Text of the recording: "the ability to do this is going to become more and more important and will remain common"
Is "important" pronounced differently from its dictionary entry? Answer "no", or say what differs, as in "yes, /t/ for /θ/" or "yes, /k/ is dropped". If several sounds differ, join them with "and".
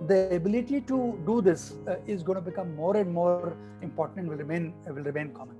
yes, /l/ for /n/